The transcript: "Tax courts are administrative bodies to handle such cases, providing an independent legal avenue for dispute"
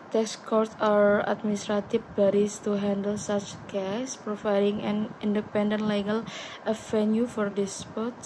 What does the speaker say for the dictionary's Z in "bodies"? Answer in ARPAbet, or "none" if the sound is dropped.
S